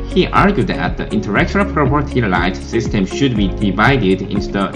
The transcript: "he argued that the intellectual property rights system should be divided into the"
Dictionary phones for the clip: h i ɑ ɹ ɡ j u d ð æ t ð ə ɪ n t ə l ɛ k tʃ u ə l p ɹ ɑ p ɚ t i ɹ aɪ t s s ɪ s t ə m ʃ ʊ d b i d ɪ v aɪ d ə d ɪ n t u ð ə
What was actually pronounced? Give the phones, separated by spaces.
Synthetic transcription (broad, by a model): h i ɑ ɹ ɡ j u d ð æ t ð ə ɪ n t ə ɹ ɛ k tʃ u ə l p ɹ ɑ p ɚ t i l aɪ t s s ɪ s t ə m ʃ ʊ d b i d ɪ v aɪ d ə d ɪ n t u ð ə